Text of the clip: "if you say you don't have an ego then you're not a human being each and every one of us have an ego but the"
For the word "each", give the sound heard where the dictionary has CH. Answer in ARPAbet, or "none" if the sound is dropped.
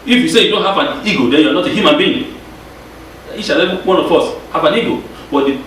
SH